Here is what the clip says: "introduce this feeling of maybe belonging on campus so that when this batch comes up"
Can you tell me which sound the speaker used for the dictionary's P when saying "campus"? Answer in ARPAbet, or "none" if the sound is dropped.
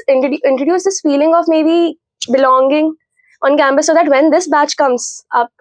B